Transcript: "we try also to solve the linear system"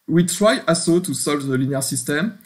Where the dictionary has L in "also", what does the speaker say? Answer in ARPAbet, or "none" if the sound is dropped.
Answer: none